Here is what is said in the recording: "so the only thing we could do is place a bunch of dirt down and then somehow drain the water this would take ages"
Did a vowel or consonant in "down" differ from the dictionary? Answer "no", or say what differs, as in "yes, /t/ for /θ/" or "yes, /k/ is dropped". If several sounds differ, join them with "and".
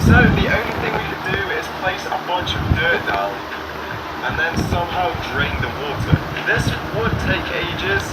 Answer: yes, /l/ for /n/